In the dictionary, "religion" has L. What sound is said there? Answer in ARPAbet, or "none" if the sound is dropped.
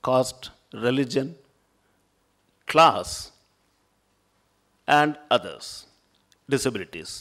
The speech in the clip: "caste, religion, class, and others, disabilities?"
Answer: L